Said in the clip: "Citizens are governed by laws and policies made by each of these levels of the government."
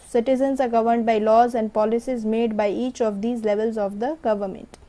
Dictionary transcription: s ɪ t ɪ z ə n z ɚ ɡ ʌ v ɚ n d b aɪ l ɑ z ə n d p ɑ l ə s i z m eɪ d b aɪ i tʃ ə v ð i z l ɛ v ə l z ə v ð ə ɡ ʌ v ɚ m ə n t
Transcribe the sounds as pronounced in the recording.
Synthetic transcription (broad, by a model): s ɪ t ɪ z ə n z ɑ ɡ ʌ v ɚ n d b aɪ l ɑ z ə n d p ɑ l ə s i z m eɪ d b aɪ i tʃ ə v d i z l ɛ v ə l z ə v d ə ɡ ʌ v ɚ m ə n t